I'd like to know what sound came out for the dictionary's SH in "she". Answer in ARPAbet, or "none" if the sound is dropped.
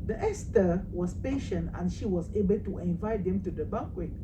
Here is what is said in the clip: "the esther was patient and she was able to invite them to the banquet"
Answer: SH